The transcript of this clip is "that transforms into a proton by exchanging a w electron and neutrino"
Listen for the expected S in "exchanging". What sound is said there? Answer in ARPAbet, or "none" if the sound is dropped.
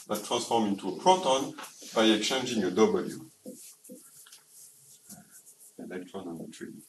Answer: none